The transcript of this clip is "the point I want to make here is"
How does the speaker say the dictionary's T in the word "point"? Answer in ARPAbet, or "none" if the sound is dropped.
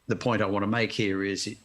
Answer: none